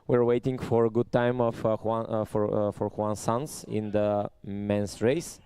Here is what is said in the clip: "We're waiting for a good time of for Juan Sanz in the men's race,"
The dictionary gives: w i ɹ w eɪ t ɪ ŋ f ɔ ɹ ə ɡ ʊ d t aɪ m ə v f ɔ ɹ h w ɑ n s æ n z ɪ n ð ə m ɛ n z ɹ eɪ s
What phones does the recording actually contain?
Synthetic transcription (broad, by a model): w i ɹ w eɪ t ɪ ŋ f ɔ ɹ ə ɡ ʊ d t aɪ m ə f f ɔ ɹ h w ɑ n s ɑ n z ɪ n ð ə m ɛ n s ɹ eɪ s